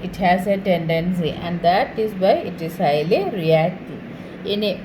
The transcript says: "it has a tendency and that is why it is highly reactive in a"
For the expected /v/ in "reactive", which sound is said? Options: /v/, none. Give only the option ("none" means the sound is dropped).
none